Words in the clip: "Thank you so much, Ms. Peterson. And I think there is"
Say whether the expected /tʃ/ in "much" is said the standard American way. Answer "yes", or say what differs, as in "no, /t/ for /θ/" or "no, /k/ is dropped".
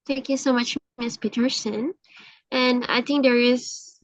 yes